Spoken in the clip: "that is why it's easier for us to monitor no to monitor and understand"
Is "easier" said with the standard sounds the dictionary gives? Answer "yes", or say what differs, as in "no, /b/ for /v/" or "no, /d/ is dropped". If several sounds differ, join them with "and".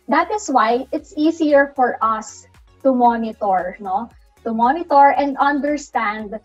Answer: no, /s/ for /z/